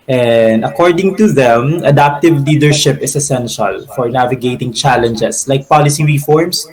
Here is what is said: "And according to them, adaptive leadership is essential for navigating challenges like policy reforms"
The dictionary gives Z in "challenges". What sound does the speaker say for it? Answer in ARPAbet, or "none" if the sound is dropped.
S